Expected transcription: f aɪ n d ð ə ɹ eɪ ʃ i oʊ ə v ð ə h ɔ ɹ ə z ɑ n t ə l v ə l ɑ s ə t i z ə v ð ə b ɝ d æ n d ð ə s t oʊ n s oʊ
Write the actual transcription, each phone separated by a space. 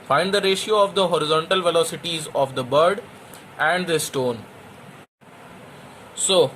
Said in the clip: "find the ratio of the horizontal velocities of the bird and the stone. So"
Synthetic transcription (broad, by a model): f aɪ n d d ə ɹ eɪ ʃ i oʊ ə v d ə h ɔ ɹ ə z ɑ n t ə l v ə l ɑ s ə t i z ə v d ə b ɝ d æ n d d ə s t oʊ n s oʊ